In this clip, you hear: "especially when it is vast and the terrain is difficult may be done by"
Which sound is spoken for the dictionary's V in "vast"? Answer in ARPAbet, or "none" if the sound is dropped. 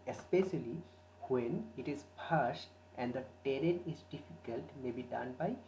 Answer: P